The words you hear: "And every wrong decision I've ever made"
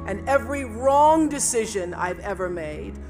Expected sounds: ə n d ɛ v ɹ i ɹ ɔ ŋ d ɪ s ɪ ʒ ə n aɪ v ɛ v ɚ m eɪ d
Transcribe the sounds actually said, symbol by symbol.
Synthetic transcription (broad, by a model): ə n ɛ v ɹ i ɹ ɔ ŋ d ɪ s ɪ ʒ ə n aɪ v ɛ v ɚ m eɪ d